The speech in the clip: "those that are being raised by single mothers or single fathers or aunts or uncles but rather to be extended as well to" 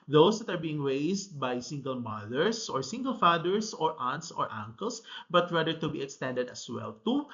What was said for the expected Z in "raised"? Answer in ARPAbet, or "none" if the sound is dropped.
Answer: S